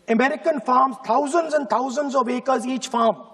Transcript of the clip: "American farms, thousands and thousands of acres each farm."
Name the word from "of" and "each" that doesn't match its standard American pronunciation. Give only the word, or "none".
none